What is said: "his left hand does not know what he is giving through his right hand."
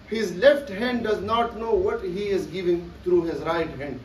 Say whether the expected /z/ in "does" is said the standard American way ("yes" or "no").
yes